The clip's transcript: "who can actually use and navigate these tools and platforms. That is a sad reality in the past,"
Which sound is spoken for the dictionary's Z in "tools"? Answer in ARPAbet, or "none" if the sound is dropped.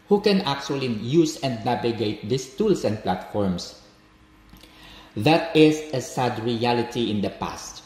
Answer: S